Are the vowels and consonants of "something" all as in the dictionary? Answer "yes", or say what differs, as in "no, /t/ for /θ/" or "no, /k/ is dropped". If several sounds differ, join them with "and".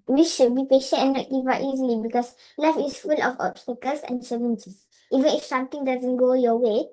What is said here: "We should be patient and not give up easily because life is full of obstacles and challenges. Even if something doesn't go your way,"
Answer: no, /t/ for /θ/